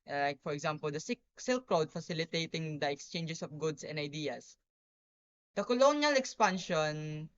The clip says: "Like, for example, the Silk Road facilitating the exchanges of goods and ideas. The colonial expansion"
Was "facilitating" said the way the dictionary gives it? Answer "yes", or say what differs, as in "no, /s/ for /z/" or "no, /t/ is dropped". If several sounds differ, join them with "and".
yes